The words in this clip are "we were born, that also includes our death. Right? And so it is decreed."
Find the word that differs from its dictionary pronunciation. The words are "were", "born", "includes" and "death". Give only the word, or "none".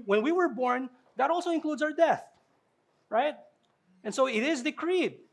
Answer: none